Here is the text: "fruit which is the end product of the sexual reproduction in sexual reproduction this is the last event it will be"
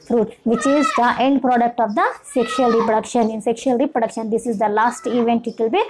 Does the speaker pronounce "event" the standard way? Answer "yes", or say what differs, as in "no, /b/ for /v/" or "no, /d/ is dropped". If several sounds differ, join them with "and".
yes